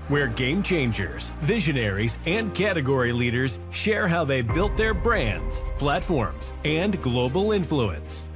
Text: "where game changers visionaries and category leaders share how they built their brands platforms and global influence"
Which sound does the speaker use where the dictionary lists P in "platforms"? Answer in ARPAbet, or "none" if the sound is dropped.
P